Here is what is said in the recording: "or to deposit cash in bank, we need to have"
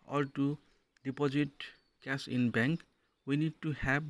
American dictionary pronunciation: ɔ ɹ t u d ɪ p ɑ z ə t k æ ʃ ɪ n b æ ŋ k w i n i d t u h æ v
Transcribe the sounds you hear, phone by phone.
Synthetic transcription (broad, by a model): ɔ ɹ t u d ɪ p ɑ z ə t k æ s ɪ n b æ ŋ k w i n i d t u h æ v